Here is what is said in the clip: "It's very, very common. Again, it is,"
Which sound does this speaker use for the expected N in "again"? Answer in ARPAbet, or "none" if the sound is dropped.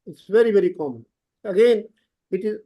N